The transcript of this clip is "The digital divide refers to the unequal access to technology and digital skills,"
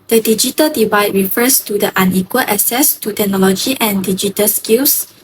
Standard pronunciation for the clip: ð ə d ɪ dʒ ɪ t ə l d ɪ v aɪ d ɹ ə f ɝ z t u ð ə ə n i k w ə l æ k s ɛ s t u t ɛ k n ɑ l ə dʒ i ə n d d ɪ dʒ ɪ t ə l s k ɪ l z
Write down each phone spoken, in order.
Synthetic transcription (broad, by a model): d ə d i dʒ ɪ t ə l d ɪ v aɪ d ɹ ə f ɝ s t u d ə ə n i k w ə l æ s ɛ s t u t ɛ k n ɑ l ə dʒ i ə n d d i dʒ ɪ t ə l s k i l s